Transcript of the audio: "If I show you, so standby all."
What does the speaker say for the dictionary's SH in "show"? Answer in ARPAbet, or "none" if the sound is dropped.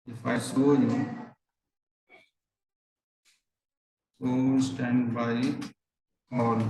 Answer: S